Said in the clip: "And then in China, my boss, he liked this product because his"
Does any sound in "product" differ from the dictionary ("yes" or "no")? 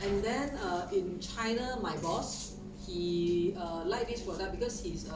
yes